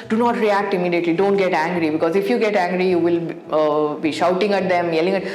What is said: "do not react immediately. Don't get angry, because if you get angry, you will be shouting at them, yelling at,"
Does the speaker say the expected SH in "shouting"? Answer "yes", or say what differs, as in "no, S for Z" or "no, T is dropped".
yes